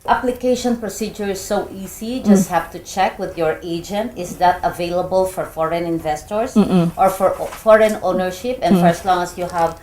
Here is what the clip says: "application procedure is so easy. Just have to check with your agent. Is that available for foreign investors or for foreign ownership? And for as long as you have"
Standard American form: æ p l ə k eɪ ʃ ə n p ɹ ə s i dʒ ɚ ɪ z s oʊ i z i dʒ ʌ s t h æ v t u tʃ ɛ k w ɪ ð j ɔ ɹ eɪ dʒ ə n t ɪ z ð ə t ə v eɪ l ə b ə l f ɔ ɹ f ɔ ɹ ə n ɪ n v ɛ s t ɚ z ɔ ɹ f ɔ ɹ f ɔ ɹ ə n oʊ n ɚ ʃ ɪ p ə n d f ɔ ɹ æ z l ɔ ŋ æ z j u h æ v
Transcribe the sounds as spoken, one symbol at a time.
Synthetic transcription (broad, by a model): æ p l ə k eɪ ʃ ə n p ɹ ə s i dʒ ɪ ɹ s oʊ i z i dʒ ʌ s t h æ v t u tʃ ɛ k w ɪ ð j ɔ ɹ eɪ dʒ ə n t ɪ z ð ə t ə v eɪ l ə b ə l f ɔ ɹ f ɔ ɹ ə n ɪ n v ɛ s t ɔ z ɔ ɹ f ɔ ɹ f ɔ ɹ ə n oʊ n ɚ ʃ ɪ p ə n f ɔ ɹ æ s l ɔ ŋ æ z j u h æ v